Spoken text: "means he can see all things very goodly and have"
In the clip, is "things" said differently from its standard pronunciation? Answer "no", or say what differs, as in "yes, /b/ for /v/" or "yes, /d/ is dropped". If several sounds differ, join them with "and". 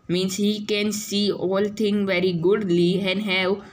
yes, /t/ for /θ/ and /z/ is dropped